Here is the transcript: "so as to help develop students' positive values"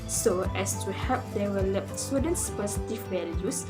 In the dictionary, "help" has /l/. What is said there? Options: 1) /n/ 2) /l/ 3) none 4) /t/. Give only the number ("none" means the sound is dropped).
3